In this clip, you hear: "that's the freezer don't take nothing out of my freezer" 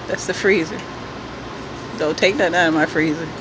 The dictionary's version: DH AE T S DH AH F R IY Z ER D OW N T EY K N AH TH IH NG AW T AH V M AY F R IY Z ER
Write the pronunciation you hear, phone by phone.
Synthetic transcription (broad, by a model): DH AE T S DH AH F R IY Z ER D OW L T EY K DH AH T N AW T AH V M AY F R IY Z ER